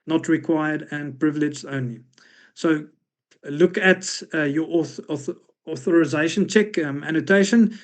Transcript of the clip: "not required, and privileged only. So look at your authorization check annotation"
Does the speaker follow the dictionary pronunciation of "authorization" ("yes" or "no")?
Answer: yes